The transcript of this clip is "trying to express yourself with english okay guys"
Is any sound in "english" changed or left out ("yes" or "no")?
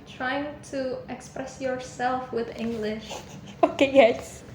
no